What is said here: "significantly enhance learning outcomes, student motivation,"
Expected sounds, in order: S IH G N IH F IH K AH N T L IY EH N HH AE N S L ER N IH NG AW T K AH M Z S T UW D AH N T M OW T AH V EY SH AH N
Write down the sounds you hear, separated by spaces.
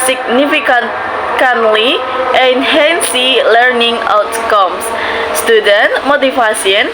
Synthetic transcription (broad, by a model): S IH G N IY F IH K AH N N L IY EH N HH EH N S L ER N IH NG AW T K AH M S S T UW D AH N T M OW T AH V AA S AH N